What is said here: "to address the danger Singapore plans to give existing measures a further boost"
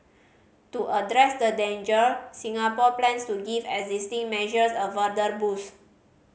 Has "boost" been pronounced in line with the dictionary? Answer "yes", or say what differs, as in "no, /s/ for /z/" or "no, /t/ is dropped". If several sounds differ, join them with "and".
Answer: no, /t/ is dropped